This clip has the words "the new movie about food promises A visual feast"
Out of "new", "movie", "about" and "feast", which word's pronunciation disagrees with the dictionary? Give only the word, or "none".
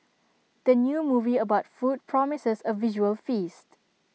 none